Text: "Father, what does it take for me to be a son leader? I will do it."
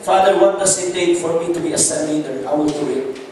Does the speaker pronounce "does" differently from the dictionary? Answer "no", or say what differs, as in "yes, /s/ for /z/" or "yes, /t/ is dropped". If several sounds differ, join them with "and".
yes, /s/ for /z/